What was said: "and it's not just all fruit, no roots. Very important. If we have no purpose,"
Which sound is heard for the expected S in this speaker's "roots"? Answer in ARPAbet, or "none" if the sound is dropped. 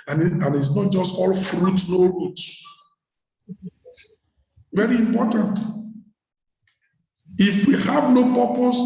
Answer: none